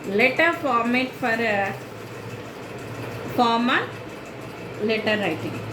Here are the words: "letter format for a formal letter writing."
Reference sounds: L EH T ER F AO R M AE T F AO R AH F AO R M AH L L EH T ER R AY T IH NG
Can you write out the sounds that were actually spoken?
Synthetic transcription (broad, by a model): L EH T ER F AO R M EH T F AO R AH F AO M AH N L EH T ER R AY T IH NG